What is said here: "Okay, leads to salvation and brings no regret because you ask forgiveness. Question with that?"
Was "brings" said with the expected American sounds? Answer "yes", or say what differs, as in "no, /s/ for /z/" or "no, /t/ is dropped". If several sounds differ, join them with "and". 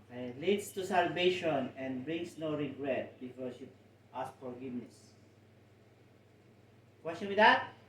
no, /s/ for /z/